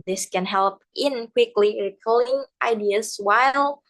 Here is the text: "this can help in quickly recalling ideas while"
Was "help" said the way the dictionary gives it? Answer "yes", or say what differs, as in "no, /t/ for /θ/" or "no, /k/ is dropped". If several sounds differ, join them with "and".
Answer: yes